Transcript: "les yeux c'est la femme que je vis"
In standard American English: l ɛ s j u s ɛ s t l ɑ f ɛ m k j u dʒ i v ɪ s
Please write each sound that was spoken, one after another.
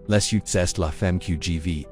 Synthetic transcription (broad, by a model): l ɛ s j u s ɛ s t l ɑ f ɛ m k j u dʒ i v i